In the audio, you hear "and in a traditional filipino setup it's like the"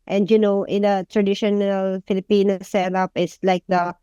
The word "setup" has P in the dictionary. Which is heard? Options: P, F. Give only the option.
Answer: P